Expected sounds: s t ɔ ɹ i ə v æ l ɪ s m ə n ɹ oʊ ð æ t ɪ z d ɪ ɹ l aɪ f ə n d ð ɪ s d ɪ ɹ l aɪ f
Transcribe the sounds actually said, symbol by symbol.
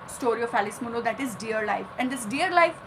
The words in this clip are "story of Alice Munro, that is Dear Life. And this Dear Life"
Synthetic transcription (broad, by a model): s t ɔ ɹ i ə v æ l ɪ s m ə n oʊ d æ t ɪ z d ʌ ɹ l aɪ f ə n d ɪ s d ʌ ɹ l aɪ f